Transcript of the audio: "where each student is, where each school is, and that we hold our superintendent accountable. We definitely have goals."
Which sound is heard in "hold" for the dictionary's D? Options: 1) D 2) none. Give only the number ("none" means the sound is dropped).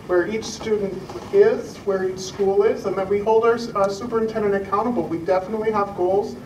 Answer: 1